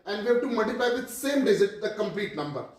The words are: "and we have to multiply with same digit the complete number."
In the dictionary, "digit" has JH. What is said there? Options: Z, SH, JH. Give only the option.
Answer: Z